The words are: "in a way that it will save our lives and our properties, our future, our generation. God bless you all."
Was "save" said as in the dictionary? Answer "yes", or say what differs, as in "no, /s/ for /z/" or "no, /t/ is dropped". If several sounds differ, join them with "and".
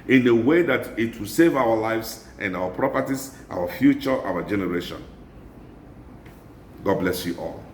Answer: yes